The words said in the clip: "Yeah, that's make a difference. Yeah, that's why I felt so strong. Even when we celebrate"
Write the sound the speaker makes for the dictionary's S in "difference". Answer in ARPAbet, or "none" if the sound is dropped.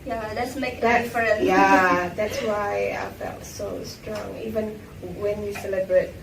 none